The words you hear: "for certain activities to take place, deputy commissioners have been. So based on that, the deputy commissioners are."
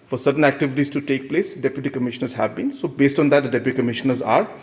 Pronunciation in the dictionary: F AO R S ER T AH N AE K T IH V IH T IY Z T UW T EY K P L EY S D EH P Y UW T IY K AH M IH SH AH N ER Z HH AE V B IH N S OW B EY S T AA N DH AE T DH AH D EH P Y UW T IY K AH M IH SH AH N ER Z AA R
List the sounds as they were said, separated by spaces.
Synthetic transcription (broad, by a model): F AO R S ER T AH N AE K T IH V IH T IY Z T UW T EY K P L EY S D EH P Y UW T IY K AH M IH SH AH N ER Z HH AE V B IH N S OW B EY S T AA N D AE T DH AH D EH P Y UW T IY K AH M IH SH AH N ER Z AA R